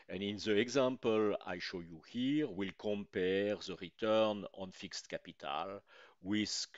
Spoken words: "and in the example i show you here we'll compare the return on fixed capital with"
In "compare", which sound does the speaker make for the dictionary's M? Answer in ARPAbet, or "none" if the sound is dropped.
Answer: M